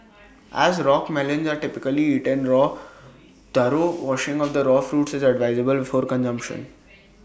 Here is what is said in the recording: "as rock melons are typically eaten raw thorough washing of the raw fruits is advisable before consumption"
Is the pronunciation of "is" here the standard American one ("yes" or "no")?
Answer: yes